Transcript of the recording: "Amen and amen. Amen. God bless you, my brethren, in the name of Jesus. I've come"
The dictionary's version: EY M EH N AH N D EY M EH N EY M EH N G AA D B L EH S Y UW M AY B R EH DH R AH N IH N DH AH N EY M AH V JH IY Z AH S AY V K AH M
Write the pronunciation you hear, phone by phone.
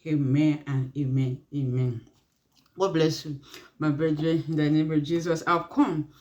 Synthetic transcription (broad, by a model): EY M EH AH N EY M EH N EY M EH N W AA B L EH S Y UW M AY B R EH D R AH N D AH N EY M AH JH IY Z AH S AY W K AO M